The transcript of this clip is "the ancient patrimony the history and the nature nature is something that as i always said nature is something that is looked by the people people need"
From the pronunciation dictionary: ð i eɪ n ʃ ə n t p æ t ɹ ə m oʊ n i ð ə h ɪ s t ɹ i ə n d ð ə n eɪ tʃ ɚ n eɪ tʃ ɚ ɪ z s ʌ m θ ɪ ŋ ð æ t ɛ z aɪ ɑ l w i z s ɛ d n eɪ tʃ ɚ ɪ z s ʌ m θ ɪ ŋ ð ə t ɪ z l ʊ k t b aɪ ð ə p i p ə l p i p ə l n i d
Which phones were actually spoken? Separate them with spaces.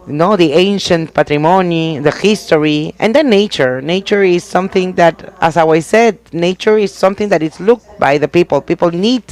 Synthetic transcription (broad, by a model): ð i eɪ n ʃ ə n t p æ t ɹ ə m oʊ n i ð ə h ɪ s t ɹ i ə n d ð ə n eɪ tʃ ɚ n eɪ tʃ ɚ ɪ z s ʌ m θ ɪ ŋ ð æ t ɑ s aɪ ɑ w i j s ɛ d n eɪ tʃ ɚ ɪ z s ʌ m θ ɪ ŋ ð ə t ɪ s l ʊ k t b aɪ ð ə p i p ə l p i p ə l n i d